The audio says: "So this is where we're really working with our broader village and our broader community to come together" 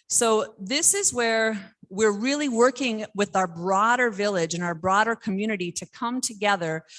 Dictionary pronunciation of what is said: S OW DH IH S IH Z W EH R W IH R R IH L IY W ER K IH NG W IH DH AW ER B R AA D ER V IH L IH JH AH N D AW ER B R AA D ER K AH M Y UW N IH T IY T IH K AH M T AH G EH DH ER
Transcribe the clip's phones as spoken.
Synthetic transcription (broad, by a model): S OW DH IH S IH Z W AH R W IH R R IH L IY W ER K IH NG W IH DH AW ER B R AA D ER V IH L IH JH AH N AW ER B R AA D ER K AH M Y UW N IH T IY T IH K AH M T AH G EH DH ER